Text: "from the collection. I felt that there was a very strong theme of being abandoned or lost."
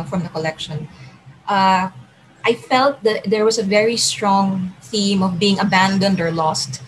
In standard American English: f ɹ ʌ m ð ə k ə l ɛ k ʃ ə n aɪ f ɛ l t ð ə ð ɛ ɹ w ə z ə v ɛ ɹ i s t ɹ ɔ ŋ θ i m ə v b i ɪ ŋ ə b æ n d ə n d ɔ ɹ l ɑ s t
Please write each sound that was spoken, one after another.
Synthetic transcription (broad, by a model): f ɹ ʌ m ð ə k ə l ɛ k ʃ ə n aɪ f ɛ l t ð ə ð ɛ ɹ w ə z ə v ɛ ɹ i s t ɹ ɔ ŋ θ i m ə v b i ɪ ŋ ə b æ n d ə n d ɔ ɹ l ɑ s t